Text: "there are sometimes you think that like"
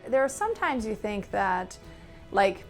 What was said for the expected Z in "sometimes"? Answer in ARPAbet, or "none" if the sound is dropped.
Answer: Z